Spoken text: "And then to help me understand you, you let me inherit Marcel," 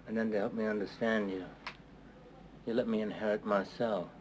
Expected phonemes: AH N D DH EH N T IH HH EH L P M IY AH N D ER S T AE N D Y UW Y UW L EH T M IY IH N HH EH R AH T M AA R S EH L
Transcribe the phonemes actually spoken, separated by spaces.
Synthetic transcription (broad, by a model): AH N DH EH N T IH HH EH L P M IY AH N D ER S T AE N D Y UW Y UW L EH T M IY IH N HH EH R AH T M AA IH S EH L